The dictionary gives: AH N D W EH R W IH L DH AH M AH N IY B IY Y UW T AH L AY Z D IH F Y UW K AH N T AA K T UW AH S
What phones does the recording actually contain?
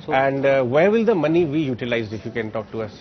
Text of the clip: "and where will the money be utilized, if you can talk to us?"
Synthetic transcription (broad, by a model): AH N D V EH R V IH L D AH M AH N IY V IY Y UW T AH L AY Z IH F Y UW K AH N T AA K T UW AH S